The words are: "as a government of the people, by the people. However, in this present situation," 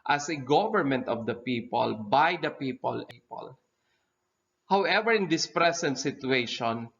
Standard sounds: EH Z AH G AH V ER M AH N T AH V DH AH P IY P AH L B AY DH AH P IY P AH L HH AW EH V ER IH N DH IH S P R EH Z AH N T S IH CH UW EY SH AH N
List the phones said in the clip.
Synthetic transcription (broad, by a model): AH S AH G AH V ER M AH N T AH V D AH P IY P AH L B AY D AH P IY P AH L HH AW EH V ER IH N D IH S P R EH S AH N T S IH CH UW EY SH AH N